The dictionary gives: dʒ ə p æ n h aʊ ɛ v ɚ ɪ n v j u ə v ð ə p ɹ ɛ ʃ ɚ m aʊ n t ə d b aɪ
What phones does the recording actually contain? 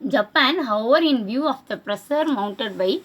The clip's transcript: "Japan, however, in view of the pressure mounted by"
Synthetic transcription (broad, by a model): dʒ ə p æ n h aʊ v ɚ ɪ n v j u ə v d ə p ɹ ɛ s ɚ m aʊ n t ə d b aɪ